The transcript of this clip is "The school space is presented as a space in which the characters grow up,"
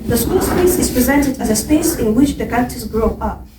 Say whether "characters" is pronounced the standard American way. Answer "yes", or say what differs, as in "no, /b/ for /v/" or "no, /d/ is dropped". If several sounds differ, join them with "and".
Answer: no, /ɹ/ is dropped